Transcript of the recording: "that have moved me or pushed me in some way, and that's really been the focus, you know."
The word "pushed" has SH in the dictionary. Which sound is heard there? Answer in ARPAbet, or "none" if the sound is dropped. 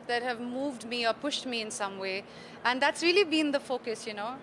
SH